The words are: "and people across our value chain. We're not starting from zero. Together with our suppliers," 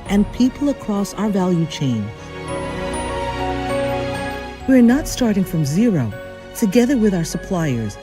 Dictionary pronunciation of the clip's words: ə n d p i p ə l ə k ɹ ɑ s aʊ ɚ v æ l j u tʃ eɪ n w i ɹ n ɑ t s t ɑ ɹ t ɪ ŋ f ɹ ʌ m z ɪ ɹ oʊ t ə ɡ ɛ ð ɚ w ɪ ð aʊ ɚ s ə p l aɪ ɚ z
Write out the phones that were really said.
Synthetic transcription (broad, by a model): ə n p i p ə l ə k ɹ ɑ s aʊ ɚ v æ l j u tʃ eɪ n w i ɹ n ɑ t s t ɑ ɹ t ɪ ŋ f ɹ ʌ m z ɪ ɹ oʊ t ə ɡ ɛ ð ɚ w ɪ ð aʊ ɚ s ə p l aɪ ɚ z